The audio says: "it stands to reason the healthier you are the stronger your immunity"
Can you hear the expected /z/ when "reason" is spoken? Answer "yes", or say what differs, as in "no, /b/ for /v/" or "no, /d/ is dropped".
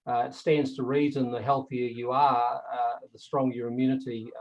yes